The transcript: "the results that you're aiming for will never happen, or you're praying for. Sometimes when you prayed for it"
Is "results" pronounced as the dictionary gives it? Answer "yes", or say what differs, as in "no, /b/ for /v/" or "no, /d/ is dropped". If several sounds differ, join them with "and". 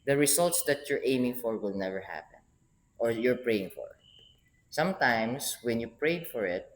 no, /s/ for /z/